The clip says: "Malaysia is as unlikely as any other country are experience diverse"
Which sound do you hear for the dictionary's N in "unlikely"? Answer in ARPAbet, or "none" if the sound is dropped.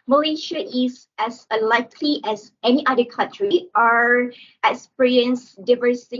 none